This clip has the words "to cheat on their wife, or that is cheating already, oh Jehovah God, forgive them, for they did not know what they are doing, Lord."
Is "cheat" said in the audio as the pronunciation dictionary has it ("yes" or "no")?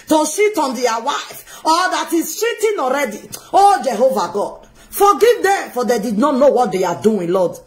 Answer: no